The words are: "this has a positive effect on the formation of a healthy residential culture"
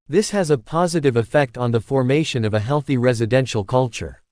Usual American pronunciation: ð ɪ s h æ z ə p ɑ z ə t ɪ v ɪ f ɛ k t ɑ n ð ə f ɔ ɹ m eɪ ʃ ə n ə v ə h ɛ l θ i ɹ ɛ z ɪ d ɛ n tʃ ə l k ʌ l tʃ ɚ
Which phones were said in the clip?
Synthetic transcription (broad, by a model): ð ɪ s h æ z ə p ɑ z ə t ɪ v ɪ f ɛ k t n ð ə f ɔ ɹ m eɪ ʃ ə n ə v ə h ɛ l θ i ɹ ɛ z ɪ d ɛ n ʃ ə l k ʌ l tʃ ɚ